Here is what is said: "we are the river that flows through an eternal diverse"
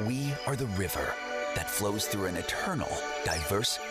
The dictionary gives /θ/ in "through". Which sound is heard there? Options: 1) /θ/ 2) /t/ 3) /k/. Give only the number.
1